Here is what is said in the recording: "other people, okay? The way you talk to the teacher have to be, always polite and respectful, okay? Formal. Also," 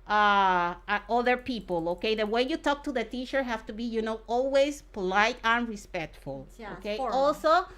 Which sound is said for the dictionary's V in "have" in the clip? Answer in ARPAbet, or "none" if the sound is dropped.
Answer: F